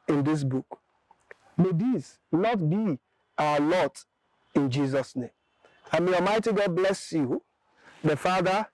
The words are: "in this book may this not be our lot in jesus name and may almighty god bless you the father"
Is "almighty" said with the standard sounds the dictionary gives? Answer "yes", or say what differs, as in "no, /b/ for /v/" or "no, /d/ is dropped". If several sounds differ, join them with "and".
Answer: no, /l/ is dropped